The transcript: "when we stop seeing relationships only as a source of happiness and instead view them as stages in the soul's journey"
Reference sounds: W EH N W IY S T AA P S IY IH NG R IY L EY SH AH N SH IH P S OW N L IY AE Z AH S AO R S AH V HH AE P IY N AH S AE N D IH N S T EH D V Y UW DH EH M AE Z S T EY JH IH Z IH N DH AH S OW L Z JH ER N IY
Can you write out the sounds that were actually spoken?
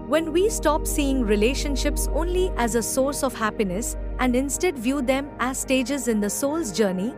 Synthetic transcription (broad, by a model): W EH N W IY S T AA P S IY IH NG R IY L EY SH AH N SH IH P S OW N L IY AE Z AH S AO R S AH V HH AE P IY N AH S AE N D IH N S T EH D V Y UW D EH M AE Z S T EY JH IH Z IH N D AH S OW L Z JH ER N IY